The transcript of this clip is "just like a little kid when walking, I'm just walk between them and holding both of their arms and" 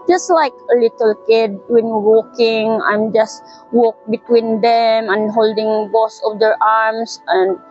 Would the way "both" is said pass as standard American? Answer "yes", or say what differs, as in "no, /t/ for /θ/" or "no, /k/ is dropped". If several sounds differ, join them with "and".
no, /s/ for /θ/